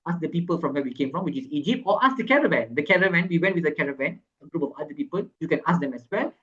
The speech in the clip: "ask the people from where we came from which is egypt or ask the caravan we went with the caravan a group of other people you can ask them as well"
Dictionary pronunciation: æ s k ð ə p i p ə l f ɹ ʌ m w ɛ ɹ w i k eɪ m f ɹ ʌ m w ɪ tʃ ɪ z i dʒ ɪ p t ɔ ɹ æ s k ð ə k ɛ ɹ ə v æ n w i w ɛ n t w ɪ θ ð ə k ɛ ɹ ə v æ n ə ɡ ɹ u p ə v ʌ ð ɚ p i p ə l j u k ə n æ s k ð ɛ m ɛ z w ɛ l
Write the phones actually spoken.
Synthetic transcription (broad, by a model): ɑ s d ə p i p ə l f ɹ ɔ m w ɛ w i k eɪ m f ɹ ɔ m w ɪ tʃ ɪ s i dʒ ɪ p t ɔ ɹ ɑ s k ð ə k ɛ ɹ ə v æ n w i w ɛ n t w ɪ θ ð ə k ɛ ɹ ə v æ n ə ɡ ɹ u p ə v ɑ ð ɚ p i p ə l j u k ə n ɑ s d ɛ m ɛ s w ɛ l